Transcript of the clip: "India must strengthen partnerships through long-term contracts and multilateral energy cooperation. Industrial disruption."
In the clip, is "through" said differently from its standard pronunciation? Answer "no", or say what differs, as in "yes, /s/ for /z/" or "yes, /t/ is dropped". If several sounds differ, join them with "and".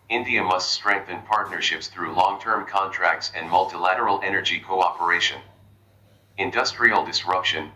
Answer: no